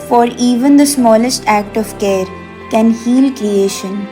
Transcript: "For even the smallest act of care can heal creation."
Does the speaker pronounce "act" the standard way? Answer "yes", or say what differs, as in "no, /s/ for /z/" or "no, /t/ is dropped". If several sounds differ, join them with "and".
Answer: yes